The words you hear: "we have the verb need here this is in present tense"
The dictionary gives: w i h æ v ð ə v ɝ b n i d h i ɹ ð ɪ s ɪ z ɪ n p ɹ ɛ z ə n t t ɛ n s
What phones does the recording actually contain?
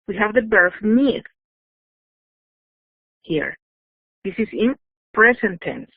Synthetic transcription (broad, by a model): w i h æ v ð ə b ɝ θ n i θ h i ɹ ð ɪ s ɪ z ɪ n p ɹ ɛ s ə n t t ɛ n s